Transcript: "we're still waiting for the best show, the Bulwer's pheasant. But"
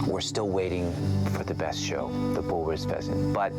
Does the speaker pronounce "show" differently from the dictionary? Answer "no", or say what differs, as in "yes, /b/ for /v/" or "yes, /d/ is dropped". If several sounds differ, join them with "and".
no